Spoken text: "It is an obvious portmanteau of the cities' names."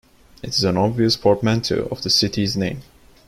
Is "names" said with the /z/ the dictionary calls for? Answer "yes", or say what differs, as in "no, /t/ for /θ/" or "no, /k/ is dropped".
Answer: no, /z/ is dropped